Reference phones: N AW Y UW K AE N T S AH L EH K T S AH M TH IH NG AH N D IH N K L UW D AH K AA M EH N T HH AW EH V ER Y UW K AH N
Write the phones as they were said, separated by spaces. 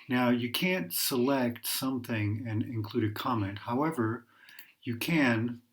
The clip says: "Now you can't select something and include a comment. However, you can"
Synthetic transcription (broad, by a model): N AW Y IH K AE N T S AH L EH K T S AH M TH IH NG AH N IH N K L UW D AH K AA M EH N T HH AW EH V ER Y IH K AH N